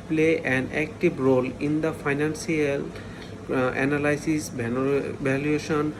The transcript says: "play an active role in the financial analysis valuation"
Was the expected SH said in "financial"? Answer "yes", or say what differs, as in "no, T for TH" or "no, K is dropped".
no, S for SH